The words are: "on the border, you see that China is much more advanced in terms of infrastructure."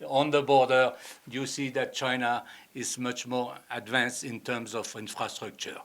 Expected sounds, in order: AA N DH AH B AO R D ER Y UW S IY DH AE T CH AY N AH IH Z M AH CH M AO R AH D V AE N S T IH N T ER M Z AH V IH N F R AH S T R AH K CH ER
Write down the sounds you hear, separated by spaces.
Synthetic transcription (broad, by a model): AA N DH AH B AO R D ER Y UW S IY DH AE T CH AY N AH IH Z M AH CH M AO R AH D V AE N S T IH N T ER M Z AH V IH N F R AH S T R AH K CH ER